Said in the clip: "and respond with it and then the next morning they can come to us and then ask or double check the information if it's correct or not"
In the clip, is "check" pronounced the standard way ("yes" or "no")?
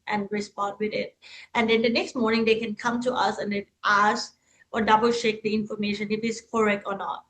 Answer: no